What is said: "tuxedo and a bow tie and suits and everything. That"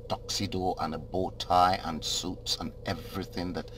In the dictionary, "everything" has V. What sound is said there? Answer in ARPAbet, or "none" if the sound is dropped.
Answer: V